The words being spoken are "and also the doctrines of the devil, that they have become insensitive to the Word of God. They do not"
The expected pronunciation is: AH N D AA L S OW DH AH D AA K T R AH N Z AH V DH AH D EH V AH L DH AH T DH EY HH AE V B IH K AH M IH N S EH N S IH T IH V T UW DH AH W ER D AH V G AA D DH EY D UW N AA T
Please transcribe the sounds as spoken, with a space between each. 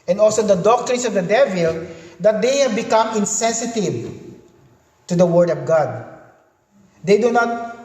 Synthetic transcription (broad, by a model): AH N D AA L S OW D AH D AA K T R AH N S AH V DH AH D EH V AH L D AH T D EY HH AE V B IH K AH M IH N S EH N S IH T IH V T UW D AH W ER D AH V G AA D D EY D UW N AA T